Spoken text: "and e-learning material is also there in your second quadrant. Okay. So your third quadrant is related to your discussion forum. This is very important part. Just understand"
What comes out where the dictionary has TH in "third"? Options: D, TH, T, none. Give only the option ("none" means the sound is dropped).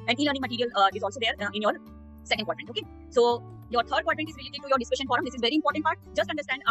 T